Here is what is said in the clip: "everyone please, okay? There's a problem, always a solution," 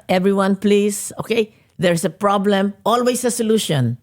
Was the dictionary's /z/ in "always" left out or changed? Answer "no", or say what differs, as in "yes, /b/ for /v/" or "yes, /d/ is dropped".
yes, /s/ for /z/